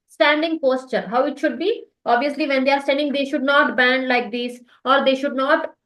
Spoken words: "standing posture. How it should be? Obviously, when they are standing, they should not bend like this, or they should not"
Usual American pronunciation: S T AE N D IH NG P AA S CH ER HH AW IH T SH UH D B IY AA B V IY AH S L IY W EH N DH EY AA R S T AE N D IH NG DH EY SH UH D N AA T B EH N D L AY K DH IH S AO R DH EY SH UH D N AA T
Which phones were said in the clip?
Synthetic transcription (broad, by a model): S T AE N D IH NG P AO S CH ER HH AW IH T SH UH D B IY AA B V IY AH S L IY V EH N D EY AA R S T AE N D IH NG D EY SH UH D N AA T B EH N D L AY K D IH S AO R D EY SH UH D N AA T